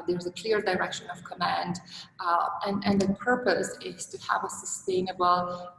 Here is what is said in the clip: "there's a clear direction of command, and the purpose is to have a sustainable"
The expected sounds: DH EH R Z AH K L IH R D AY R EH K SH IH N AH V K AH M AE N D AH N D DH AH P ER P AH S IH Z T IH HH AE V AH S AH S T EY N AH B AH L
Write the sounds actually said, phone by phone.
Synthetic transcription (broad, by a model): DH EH R Z AH K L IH R D AY R EH K SH IH N AH V K AH M AE N D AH N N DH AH P ER P AH S IH Z T IH HH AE V AH S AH S T EY N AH B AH L